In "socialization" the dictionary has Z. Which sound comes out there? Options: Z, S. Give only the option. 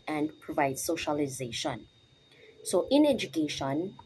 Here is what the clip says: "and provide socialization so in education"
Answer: Z